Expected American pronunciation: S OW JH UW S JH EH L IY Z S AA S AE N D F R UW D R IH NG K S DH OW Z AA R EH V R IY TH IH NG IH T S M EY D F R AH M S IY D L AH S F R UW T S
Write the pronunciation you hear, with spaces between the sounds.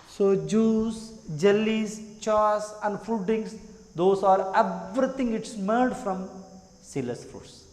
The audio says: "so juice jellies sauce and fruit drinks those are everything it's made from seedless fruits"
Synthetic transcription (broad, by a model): S OW JH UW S JH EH L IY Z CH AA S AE N D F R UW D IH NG S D OW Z AA R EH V R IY T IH NG IH T S M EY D F R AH M S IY L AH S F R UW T S